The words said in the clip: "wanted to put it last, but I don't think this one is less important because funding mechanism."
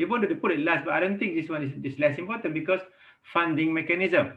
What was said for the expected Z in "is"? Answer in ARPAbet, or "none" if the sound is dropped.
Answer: S